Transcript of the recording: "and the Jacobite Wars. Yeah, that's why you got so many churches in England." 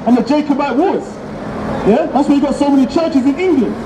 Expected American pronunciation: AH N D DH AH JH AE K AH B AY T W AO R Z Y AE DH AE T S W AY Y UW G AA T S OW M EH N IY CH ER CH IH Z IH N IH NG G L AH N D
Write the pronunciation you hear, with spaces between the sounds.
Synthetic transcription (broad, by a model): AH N DH AH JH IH K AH B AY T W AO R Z Y AE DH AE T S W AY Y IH G AA T S OW M EH N IY CH ER CH IH Z IH N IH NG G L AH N